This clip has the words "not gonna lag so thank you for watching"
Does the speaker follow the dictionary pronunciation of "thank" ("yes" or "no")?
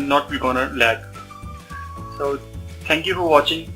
no